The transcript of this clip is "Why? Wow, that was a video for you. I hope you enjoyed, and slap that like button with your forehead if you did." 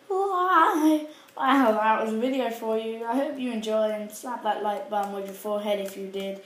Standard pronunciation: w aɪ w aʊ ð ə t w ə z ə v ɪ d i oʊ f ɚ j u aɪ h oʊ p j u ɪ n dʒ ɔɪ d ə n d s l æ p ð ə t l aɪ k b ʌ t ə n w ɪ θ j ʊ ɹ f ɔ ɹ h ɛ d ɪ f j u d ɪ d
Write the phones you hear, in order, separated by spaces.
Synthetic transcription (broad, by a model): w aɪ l ð ə t w ə z ə v ɪ d i oʊ f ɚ j u aɪ h oʊ p j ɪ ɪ n dʒ ɔɪ ə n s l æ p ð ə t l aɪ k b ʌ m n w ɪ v j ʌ ɹ f ɔ ɹ h ɛ d ɪ f j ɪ d ɪ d